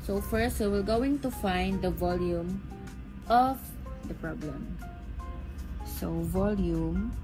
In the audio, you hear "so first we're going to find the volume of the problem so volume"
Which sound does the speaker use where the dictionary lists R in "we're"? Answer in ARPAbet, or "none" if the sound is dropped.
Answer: L